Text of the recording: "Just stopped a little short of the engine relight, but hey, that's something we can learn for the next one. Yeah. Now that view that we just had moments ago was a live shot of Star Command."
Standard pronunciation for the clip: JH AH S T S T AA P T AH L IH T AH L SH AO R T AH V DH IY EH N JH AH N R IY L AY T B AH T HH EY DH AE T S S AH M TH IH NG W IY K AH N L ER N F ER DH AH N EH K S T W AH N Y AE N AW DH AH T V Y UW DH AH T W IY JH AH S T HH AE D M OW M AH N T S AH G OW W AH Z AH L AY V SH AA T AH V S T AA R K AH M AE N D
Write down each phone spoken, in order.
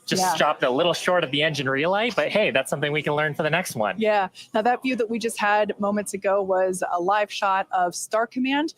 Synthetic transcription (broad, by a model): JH AH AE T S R AA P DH AH L IH T L SH AO R T AH V DH IY EH N JH AH N R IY L AY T B AH T HH EY DH AE T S S AH M TH IH NG W IY K AH N L ER N F ER DH AH N EH K S T W AH N Y AE N AW DH AH T V Y UW DH AH T W IY JH AH S T HH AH D M OW M AH N T S AH G OW W AH Z AH L AY V SH AA T AH V S T AA R K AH M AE N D